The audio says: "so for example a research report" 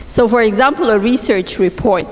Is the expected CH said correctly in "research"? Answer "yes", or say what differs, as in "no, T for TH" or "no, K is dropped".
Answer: yes